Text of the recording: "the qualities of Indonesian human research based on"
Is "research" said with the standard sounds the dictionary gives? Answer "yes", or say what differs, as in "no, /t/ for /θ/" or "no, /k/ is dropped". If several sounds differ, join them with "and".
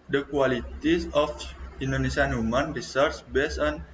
no, /s/ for /tʃ/